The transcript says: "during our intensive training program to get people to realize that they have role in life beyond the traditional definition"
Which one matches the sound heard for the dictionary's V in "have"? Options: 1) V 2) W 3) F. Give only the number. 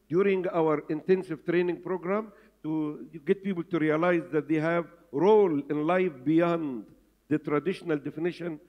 1